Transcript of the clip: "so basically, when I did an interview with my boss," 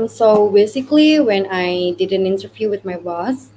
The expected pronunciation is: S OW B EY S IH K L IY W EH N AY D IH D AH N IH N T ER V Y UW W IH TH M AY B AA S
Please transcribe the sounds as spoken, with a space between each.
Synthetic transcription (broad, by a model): S OW B EY S IH K L IY W EH N AY D IH D AH N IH N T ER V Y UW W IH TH M AY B AA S